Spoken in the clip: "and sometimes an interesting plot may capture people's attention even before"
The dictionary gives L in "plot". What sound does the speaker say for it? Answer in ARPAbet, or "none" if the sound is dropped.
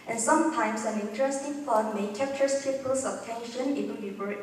none